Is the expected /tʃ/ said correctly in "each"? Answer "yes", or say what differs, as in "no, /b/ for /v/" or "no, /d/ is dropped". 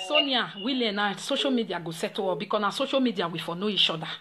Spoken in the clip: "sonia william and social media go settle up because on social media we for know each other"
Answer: no, /ʃ/ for /tʃ/